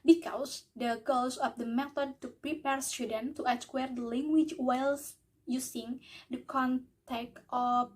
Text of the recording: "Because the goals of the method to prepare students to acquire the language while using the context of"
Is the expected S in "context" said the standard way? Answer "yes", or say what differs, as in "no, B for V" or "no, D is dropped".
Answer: no, S is dropped